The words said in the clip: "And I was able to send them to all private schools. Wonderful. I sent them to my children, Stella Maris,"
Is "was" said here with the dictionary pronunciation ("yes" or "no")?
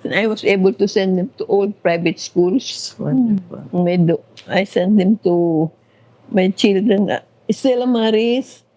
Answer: no